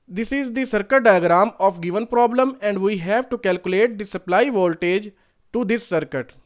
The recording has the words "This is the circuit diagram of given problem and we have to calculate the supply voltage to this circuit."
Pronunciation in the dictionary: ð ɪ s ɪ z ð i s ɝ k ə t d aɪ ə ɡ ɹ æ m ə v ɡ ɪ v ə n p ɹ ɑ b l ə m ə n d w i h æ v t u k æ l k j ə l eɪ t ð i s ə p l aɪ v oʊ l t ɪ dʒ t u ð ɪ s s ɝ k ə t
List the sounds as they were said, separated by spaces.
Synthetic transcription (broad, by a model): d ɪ s ɪ z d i s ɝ k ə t d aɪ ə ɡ ɹ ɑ m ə f ɡ ɪ v ə n p ɹ ɑ b l ə m ə n d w i h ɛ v t u k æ l k j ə l eɪ t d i s ə p l aɪ v oʊ l t ɪ dʒ t u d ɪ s s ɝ k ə t